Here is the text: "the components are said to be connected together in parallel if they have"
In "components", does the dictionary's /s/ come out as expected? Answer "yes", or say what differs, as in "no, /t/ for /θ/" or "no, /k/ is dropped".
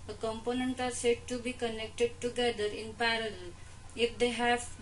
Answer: no, /s/ is dropped